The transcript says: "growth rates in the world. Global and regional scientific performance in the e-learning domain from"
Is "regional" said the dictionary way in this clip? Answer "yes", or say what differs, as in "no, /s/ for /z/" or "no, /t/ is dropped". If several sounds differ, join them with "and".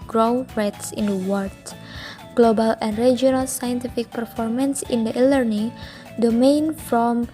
no, /dʒ/ is dropped